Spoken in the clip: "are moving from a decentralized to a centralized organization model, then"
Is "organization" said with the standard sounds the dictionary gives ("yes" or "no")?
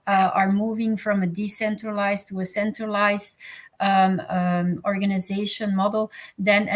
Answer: yes